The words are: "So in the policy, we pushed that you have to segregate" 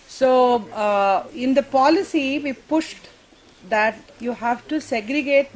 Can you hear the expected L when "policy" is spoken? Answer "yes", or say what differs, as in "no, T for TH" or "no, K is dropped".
yes